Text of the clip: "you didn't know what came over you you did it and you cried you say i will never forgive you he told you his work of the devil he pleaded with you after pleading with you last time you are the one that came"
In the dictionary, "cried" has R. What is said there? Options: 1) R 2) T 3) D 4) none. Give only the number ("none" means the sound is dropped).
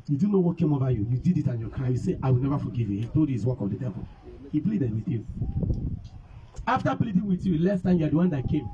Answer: 4